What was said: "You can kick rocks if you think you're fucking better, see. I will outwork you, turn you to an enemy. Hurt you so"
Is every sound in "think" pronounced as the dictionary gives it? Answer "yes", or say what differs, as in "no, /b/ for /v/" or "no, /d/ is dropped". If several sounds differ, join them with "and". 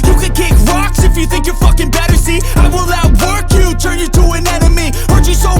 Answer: yes